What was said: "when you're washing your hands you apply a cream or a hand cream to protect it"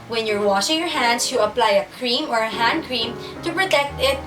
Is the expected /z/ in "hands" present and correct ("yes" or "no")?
no